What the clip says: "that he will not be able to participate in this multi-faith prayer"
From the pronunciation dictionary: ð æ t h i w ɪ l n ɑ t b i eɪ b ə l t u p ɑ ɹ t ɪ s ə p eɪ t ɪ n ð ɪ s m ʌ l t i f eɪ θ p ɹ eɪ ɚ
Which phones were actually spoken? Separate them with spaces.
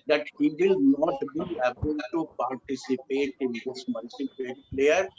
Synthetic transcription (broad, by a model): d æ t h i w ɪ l n ɑ t b i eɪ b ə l t u p ɑ ɹ t ɪ s ə p eɪ t ɪ n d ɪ s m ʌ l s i p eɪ t p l eɪ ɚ